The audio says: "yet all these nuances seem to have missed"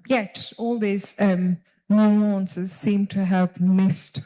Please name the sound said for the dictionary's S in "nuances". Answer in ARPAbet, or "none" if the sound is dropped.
S